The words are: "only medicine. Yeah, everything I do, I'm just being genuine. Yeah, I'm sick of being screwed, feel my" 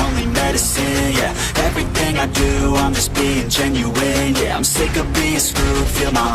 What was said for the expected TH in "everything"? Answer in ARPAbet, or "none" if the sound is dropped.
TH